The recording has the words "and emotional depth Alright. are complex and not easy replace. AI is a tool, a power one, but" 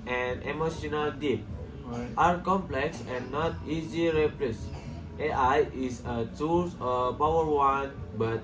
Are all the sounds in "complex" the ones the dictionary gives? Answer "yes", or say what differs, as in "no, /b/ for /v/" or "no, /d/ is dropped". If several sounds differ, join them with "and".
yes